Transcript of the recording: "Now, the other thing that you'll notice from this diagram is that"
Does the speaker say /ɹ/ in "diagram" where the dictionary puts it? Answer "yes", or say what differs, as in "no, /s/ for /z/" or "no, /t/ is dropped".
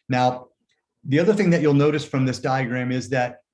yes